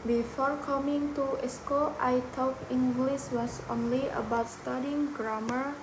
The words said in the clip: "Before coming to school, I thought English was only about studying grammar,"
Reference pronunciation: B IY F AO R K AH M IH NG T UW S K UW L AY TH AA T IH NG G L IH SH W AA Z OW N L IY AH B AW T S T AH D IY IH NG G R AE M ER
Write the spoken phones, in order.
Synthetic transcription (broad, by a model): B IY F AO R K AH M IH NG T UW S K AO AY T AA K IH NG G L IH S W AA S OW N L IY AH B AW T S T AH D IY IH NG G R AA M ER